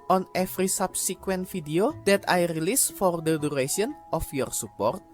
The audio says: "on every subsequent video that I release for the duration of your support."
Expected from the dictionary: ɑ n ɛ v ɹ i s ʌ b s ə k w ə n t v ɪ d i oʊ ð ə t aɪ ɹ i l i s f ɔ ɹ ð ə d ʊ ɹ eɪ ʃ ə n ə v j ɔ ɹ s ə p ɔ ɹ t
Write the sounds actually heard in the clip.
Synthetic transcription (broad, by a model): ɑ n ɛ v ɹ i s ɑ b s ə k w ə n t f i d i oʊ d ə t aɪ ɹ i l i s f ɔ ɹ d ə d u ɹ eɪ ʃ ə n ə f j ɔ ɹ s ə p ɔ ɹ t